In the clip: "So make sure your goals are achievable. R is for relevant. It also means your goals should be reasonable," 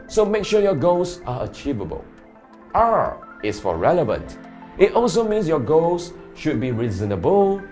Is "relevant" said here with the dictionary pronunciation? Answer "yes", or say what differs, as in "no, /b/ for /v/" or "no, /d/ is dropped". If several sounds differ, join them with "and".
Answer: yes